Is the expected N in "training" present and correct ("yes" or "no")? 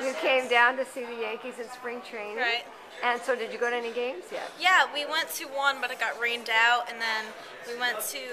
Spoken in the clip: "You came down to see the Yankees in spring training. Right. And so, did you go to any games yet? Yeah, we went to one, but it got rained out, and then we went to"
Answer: no